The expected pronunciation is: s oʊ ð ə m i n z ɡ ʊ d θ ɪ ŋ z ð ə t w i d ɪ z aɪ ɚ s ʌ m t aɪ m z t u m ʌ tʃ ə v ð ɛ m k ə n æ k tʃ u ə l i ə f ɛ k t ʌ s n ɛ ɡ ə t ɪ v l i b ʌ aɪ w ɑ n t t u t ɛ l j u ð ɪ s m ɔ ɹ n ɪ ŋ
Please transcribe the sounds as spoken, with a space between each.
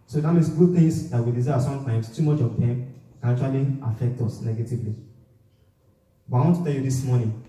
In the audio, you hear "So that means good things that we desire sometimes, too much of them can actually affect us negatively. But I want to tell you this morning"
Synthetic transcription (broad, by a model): s oʊ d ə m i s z ɡ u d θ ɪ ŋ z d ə t w i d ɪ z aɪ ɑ s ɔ m t aɪ m s t u m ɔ tʃ ə v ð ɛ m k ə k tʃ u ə l i ə f ɛ k t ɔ s n ɛ ɡ ə t ɪ v l i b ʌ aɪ w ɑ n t t u t ɛ l j u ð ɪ s m ɔ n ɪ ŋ